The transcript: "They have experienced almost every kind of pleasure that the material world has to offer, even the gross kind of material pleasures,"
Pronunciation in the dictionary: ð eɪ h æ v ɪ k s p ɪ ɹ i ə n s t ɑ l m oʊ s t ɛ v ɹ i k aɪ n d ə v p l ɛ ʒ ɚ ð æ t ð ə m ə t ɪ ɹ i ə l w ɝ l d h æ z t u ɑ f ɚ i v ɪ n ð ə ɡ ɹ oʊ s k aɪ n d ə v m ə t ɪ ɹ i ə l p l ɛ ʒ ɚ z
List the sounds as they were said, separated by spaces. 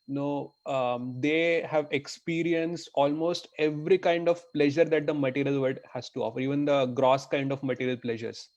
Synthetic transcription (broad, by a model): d eɪ h æ v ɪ k s p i ɹ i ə n s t ɑ l m oʊ s t ɛ v ɹ i k aɪ n d ə v p l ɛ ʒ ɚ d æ t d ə m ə t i ɹ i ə l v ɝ d h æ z t u ɑ f ɚ i v ɪ n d ə ɡ ɹ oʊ s k aɪ n d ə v m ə t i ɹ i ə l p l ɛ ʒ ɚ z